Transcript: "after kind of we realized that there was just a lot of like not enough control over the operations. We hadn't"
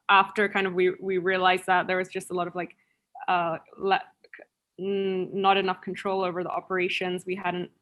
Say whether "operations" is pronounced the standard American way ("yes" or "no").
yes